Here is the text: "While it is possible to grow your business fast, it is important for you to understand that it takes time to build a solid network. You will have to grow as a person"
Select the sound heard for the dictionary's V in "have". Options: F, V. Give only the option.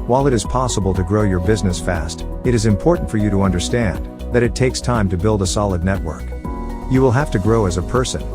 F